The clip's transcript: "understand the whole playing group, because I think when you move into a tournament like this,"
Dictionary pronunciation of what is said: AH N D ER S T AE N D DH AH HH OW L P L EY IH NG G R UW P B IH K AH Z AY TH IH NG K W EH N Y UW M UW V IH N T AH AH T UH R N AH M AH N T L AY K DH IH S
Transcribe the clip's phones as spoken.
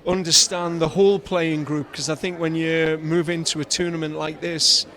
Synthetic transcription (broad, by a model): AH N D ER S T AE N DH AH HH OW L P L EY IH NG G R UW P K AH Z AY TH IH NG K W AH N Y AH M UW V IH N T AH AH T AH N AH M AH N T L AY K DH IH S